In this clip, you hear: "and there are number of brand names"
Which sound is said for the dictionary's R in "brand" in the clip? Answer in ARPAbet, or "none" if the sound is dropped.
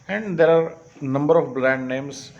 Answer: L